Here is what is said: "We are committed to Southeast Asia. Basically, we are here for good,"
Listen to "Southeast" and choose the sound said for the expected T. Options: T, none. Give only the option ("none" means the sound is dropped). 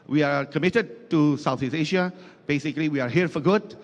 none